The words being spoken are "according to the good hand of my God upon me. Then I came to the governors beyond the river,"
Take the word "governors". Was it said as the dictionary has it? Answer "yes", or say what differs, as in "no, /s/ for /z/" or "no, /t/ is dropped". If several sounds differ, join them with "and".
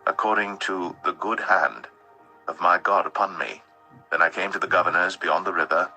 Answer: yes